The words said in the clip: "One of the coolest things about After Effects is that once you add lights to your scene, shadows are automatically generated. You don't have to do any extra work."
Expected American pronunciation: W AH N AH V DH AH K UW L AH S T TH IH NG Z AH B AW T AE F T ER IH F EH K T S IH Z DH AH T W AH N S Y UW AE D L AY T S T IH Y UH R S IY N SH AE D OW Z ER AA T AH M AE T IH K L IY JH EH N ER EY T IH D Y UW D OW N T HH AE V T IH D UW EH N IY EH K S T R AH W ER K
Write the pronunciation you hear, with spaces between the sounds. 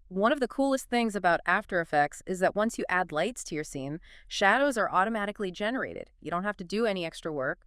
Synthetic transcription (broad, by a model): W AH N AH V DH AH K UW L AH S T TH IH NG Z AH B AW T AE F T ER IH F EH K T S IH Z DH AH T W AH N S Y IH AE D L AY T S T IH Y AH R S IY N SH AE D OW Z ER AA T AH M AE T IH K L IY JH EH N ER EY T IH D Y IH D OW N T HH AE F T IH D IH EH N IY EH K S T R AH W ER K